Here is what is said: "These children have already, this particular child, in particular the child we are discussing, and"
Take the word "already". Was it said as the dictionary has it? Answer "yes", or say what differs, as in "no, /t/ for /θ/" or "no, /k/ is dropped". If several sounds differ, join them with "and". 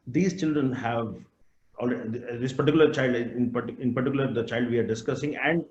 no, /l/ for /ɹ/